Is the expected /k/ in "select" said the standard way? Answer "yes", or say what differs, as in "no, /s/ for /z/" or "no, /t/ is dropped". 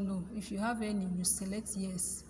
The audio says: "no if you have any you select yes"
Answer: no, /k/ is dropped